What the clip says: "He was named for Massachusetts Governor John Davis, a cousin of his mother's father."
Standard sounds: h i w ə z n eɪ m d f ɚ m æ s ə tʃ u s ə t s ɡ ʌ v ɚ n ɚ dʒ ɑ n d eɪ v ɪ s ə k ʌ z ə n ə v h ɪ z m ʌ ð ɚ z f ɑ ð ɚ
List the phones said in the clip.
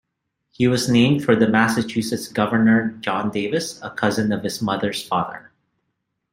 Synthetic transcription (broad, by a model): h i w ə z n eɪ m d f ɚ m æ s ə tʃ u s ə t s ɡ ʌ v ɚ n ɚ dʒ ɑ n d eɪ v ɪ s ə k ʌ z ə n ə v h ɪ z m ʌ ð ɚ z f ɑ ð ɚ